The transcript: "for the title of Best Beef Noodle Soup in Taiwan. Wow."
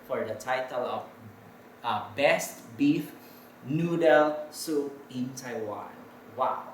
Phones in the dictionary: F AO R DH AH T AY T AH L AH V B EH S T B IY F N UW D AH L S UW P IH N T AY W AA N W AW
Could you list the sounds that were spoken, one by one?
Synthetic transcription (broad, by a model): F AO R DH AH T AY T AH L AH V B EH S T B IY F N UW D AH L S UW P IH N T AY W AA N W AW